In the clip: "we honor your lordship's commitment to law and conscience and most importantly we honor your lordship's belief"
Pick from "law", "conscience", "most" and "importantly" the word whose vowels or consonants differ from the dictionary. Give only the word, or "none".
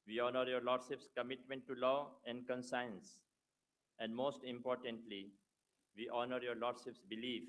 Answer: conscience